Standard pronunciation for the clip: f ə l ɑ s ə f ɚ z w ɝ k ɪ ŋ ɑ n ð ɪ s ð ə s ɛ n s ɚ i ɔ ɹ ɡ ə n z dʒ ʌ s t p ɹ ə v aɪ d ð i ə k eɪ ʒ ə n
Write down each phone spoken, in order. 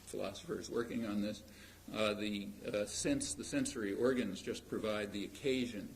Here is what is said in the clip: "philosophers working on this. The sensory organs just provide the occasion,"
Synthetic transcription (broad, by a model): f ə l ɑ s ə f ɚ z w ɝ k ɪ ŋ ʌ n ð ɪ s ð ə s ɛ n s ɚ i ɔ ɹ ɡ ə n z dʒ ʌ s p ɹ ə v aɪ d ð i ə k eɪ ʒ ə n